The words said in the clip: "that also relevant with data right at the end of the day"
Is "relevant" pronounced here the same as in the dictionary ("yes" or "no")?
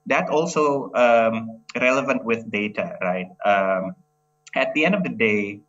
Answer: yes